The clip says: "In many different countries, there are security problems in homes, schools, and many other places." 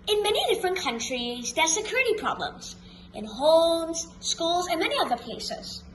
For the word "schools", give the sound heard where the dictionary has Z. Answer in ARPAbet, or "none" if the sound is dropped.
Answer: Z